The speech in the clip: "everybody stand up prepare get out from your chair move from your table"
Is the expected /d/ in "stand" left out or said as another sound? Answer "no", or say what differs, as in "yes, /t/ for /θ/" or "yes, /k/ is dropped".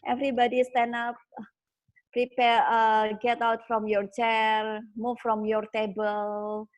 yes, /d/ is dropped